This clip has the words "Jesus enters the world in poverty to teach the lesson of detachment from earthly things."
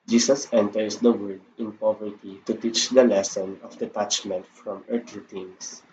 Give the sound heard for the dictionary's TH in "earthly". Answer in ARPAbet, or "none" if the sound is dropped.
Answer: T